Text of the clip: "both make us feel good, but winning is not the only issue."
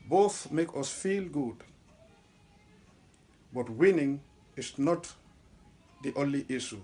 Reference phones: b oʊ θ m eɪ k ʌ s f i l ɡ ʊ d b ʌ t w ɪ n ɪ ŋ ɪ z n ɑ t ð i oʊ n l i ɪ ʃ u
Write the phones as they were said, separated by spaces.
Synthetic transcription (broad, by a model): b oʊ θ m eɪ k ʌ s f i l ɡ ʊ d b ʌ t w ɪ n ɪ ŋ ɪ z n ɑ t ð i oʊ n l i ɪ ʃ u